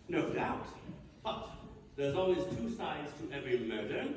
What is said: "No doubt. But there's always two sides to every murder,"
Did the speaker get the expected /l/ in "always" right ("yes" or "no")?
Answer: yes